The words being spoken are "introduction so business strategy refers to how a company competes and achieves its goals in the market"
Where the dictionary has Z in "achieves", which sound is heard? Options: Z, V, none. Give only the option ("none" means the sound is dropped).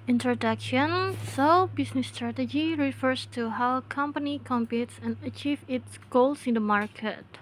none